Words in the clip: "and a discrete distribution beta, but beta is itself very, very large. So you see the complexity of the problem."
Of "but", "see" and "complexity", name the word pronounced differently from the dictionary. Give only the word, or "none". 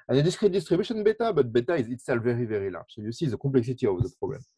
complexity